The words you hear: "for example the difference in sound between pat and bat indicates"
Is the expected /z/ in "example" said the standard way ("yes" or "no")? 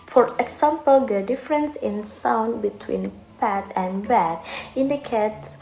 no